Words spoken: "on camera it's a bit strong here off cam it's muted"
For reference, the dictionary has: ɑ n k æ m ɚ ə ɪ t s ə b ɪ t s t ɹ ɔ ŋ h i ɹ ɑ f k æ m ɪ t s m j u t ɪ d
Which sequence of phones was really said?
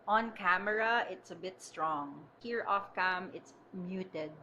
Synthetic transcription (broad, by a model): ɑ n k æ m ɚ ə ɪ t s ə b ɪ t s t ɹ ɔ ŋ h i ɹ ɑ f k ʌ m ɪ t s m j u t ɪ d